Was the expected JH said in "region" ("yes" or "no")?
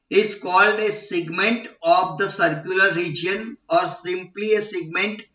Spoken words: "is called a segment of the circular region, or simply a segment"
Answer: yes